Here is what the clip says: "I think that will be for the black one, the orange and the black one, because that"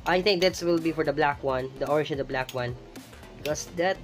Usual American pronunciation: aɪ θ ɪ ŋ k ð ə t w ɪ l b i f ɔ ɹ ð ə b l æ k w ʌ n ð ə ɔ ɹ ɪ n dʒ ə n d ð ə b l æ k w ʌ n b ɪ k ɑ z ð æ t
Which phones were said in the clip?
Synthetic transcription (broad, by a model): aɪ θ ɪ ŋ k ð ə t w ɪ l b i f ɔ ɹ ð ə b l æ k w ʌ n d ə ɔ ɹ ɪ dʒ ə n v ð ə b l æ k w ʌ n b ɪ k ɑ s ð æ t